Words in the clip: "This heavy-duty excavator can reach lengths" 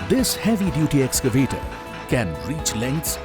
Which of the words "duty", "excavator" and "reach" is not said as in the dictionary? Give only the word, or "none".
none